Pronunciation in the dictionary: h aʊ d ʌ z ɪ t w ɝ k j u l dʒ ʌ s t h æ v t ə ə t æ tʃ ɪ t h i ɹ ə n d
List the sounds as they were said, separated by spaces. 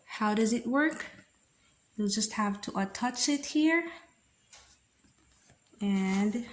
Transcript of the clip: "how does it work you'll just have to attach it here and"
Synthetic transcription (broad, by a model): h aʊ d ʌ z ɪ t w ɝ k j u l dʒ ʌ s t h æ v t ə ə t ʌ tʃ ɪ t h i ɹ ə n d